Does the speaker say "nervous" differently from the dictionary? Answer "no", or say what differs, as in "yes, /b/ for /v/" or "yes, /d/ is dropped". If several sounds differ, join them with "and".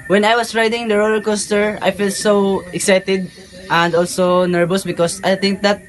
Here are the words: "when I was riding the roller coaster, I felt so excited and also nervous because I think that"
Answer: yes, /b/ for /v/